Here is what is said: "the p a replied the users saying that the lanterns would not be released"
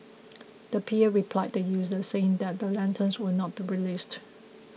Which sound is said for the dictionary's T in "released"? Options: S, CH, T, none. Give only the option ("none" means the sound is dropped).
T